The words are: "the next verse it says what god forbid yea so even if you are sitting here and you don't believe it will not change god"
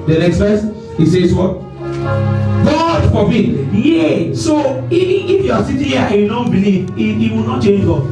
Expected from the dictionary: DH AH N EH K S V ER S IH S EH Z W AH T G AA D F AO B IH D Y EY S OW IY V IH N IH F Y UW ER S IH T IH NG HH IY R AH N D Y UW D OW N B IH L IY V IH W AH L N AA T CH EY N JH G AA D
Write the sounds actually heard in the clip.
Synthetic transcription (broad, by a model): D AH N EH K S F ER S IH S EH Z W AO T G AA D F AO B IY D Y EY S OW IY IH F Y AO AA S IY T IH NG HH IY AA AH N Y UW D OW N B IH L IY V IH W AH L N AA T CH EY N JH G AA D